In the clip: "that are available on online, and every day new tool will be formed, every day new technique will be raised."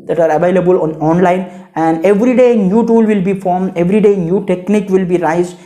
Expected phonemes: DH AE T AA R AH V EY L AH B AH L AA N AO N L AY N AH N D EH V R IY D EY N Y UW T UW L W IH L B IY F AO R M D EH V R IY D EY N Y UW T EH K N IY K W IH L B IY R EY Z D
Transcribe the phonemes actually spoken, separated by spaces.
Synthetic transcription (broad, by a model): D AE T AA R AH V EY L AH B AH L AA N AO N L AY N AH N D EH V R IY D EY N Y UW T UW L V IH L B IY F AO R M D EH V R IY D EY N Y UW T EH K N IY K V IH L B IY R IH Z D